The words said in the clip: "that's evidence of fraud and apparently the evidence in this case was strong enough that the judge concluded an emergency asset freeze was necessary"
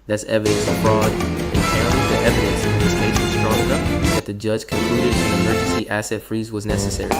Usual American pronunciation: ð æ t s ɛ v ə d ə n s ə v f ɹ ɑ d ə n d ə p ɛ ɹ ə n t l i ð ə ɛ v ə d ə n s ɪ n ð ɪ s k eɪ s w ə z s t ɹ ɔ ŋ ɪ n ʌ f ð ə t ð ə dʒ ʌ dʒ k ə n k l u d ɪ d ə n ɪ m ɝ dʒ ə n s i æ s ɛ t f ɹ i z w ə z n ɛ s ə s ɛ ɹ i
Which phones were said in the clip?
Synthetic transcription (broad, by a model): ð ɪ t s ɛ v ə d ə n s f ɹ ɑ d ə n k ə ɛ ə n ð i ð ɛ v ə d ə n s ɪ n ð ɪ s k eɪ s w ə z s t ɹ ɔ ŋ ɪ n ʌ p ð ə t ð ə dʒ ʌ dʒ k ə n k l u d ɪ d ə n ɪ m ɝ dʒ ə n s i æ s ɛ t f ɹ i z w ə z n ɛ s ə s ɛ ɹ i